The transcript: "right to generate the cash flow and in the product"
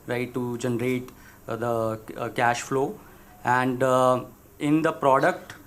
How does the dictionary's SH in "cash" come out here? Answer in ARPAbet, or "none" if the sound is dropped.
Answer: SH